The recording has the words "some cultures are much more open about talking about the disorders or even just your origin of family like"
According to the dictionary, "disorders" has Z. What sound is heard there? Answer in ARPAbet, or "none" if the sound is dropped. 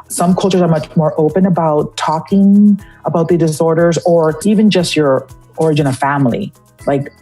Z